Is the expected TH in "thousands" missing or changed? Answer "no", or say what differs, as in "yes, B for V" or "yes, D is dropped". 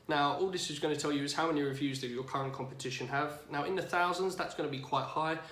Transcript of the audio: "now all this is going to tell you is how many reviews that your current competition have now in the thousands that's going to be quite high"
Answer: no